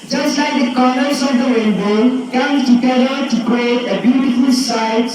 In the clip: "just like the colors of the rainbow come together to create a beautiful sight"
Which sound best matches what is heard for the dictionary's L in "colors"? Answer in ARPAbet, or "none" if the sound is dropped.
N